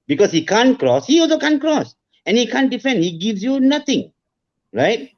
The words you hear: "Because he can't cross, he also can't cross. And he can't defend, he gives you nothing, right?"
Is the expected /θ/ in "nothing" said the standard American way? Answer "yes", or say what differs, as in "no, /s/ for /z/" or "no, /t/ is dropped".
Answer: no, /t/ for /θ/